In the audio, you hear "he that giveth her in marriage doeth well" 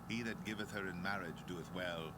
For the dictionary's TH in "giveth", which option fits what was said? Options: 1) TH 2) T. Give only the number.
1